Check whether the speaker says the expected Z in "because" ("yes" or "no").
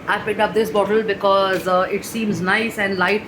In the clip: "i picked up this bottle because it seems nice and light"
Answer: yes